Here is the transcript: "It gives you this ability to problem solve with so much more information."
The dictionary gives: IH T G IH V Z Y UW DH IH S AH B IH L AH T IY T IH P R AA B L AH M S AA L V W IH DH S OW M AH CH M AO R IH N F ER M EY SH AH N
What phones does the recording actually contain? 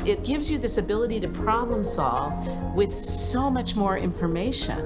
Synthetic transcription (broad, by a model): IH T G IH V Z Y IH DH IH S AH B IH L AH T IY T IH P R AA B L AH M S AA L V W IH DH S OW M AH CH M AO R IH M F ER M EY SH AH N